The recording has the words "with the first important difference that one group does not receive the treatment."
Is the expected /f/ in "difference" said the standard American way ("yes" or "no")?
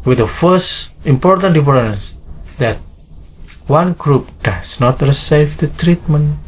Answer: no